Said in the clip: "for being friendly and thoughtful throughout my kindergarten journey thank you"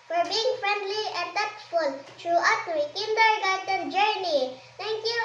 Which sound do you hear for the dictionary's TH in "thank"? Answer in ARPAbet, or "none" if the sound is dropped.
T